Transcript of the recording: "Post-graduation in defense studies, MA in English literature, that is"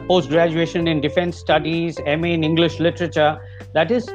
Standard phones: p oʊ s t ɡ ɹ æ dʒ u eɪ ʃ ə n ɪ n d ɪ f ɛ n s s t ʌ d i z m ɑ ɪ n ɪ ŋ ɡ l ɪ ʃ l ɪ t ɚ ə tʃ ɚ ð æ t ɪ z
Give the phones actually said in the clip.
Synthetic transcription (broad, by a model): p oʊ s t ɡ ɹ æ dʒ u eɪ ʃ ə n ɪ n d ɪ f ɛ n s s t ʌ d i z m ɪ n ɪ ŋ ɡ l ɪ ʃ l ɪ t ɚ ə tʃ ɚ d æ t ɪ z